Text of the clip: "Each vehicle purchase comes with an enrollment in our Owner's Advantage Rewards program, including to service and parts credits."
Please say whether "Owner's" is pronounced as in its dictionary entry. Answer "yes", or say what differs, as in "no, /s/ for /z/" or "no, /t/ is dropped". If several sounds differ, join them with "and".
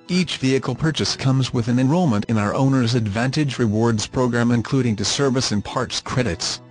yes